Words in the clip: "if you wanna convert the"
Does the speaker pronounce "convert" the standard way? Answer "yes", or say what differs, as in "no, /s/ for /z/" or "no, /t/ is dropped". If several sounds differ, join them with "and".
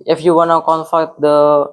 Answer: no, /f/ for /v/